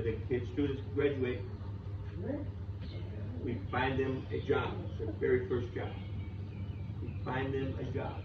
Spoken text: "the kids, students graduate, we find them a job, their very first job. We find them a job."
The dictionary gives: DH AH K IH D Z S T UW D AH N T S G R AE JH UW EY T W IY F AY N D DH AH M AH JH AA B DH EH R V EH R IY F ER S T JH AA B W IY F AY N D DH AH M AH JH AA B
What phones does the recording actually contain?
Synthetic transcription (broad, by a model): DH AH K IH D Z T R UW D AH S G R AE JH UW EY T W IY F AY N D DH AH M AH JH AA B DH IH V EH R IY F ER S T JH AA B W IY F AY N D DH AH M AH JH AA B